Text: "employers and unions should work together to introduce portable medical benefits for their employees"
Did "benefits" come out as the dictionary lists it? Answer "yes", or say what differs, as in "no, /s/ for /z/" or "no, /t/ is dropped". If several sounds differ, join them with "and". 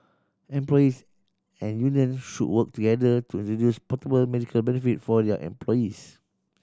no, /s/ is dropped